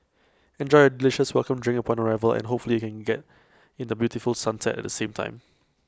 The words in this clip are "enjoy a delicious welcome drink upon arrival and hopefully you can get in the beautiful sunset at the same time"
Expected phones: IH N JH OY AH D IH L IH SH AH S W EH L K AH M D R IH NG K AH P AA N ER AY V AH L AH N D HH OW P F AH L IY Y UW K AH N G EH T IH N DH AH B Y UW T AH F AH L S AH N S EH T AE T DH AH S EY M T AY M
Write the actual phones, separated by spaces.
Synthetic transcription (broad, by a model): IH N JH OY AH D IH L IH SH AH S W EH L K AH M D R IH NG AH P AA N ER AY V AH L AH N HH OW P F AH L IY Y UW K AH N G EH T IH N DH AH B Y UW T AH F AH L S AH N S EH T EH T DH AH S EY M T AY M